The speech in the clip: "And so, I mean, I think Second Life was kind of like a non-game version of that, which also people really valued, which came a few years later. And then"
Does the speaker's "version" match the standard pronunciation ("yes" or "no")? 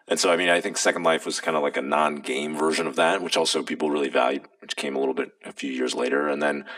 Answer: yes